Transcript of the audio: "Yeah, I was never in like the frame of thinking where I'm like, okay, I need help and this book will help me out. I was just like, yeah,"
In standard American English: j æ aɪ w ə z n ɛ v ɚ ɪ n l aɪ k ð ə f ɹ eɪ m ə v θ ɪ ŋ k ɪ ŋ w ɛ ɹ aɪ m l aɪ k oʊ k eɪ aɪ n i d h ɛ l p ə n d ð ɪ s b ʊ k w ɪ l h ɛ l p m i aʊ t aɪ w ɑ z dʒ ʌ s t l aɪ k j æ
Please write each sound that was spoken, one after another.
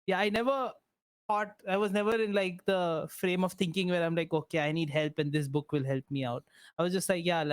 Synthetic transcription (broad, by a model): j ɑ aɪ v ə z n ɛ v ɚ ɪ n l aɪ k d ə f ɹ eɪ m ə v t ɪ ŋ k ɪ ŋ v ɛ ɹ aɪ m l aɪ k oʊ k eɪ aɪ n i d h ɛ l p ə n d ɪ s b ʊ k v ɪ l h ɛ l p m i aʊ t aɪ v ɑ z dʒ ʌ s t l aɪ k j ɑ